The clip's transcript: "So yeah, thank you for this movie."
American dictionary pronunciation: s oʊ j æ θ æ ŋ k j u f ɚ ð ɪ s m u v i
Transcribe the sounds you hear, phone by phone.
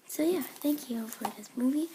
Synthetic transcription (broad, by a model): s oʊ j æ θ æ ŋ k j u f ɚ ð ɪ s m u v i